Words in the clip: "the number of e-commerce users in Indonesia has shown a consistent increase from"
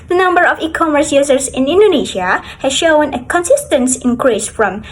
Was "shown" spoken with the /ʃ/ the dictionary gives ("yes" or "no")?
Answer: yes